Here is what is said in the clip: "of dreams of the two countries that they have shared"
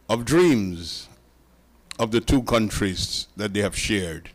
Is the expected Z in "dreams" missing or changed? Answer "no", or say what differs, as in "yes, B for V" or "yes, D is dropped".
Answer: no